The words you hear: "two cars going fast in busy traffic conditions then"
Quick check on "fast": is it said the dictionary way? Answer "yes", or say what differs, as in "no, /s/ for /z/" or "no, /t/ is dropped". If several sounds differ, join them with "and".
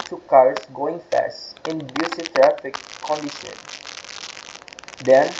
yes